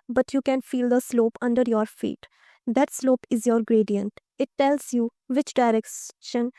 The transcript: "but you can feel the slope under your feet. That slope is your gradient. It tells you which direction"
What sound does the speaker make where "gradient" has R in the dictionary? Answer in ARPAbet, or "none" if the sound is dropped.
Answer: R